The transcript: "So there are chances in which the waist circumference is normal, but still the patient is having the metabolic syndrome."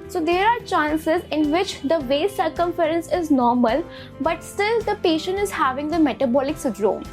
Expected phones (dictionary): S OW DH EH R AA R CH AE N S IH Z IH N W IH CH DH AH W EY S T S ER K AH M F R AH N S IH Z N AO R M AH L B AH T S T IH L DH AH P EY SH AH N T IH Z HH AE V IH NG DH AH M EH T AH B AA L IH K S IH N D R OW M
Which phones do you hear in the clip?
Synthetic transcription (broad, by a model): S OW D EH R AA R CH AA N S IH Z IH N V IH CH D AH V EY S S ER K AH M F R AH N S IH Z N AO R M AH L B AH T S T IH L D AH P EY SH AH N T IH Z HH AE V IH NG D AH M EH T AH B AA L IH K S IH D R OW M